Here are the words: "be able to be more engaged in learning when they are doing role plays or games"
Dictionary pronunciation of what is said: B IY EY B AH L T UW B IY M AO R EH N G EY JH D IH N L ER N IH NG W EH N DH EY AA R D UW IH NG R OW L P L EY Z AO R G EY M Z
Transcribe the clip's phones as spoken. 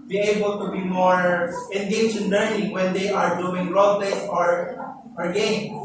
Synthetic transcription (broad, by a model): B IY EY B AH L T UW B IY M AO R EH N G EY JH IH N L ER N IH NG W EH N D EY AA R D UW IH NG R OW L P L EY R AO R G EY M